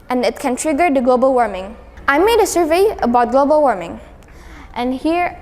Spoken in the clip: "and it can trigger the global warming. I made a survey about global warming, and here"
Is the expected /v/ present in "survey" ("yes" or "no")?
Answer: yes